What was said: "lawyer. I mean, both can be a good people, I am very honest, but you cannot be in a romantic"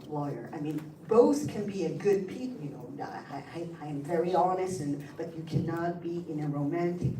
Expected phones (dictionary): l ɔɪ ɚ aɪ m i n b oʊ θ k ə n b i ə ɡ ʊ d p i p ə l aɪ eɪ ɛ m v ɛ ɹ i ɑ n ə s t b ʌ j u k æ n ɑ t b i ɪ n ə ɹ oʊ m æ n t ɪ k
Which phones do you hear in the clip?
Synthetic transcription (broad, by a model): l ɔɪ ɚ aɪ m i n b oʊ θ k ə n b i ə ɡ ʊ d p i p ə n aɪ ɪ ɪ m v ɛ ɹ i ɑ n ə s t b ʌ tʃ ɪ k æ n ɑ t b i ɪ n ə ɹ oʊ m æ n t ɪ k